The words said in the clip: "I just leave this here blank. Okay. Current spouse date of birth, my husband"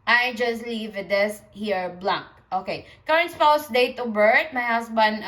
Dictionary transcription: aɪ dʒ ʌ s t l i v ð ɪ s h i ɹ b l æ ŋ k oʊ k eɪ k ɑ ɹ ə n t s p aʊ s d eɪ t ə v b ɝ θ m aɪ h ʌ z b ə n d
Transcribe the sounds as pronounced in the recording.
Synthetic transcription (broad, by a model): aɪ dʒ ʌ s t l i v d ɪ s h i ɹ b l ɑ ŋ k oʊ k eɪ k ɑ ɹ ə n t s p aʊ s d eɪ t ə b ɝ t m aɪ h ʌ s b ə n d